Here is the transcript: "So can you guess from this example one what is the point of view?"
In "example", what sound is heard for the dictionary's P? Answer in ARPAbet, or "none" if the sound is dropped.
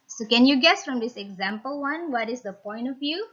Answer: P